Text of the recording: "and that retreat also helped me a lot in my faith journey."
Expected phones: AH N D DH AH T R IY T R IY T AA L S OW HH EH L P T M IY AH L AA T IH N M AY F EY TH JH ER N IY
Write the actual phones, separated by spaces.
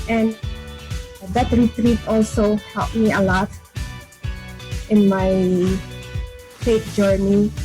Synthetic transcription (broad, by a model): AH N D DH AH T R IY T R IY T AA L S OW HH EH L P M IY AH L AA T IH N M AY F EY T JH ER N IY